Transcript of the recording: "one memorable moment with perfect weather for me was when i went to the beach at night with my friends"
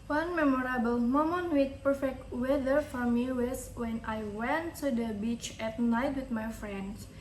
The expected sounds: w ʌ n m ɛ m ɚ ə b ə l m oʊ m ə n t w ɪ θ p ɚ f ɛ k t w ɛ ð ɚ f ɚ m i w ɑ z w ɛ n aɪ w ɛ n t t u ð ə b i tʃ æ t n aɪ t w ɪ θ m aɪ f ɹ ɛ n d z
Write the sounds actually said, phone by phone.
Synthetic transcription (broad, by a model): w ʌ n m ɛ m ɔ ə b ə l m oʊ m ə n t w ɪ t p ɚ f ɛ k t w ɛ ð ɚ f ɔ m i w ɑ s w ɛ n aɪ w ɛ n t t u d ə b i tʃ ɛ t n aɪ t w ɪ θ m aɪ f ɹ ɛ n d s